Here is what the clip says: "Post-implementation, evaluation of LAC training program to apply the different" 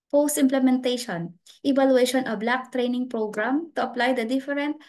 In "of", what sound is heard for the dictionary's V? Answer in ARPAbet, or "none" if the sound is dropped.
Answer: B